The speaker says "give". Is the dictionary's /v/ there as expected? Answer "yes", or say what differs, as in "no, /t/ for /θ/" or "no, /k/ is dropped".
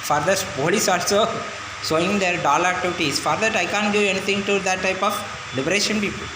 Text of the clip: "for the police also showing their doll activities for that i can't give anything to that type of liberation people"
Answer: no, /v/ is dropped